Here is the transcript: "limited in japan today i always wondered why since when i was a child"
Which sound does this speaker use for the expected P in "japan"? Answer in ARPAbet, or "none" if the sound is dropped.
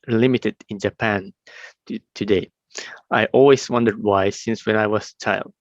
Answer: P